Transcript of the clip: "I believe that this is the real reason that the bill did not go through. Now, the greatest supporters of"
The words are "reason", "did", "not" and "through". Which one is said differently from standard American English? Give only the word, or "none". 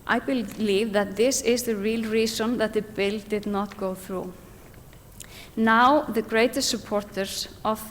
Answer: reason